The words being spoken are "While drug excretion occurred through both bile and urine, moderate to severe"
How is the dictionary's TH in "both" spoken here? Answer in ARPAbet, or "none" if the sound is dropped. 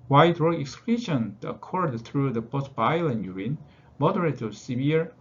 S